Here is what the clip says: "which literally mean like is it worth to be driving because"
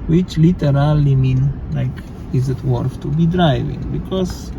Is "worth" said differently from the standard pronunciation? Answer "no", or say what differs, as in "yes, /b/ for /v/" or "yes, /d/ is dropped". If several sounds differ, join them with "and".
yes, /f/ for /θ/